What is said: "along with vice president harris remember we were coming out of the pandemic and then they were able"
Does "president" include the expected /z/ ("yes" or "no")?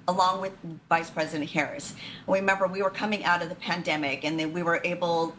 yes